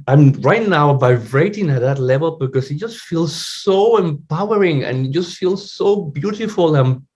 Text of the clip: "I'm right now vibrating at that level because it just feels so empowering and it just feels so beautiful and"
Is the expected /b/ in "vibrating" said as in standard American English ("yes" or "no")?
no